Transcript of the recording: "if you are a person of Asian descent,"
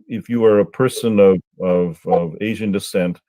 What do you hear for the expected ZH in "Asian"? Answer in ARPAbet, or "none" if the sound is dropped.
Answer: ZH